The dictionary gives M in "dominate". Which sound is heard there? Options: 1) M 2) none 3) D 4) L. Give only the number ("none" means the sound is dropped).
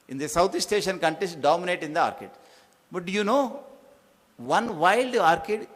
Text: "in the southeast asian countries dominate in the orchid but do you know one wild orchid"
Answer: 1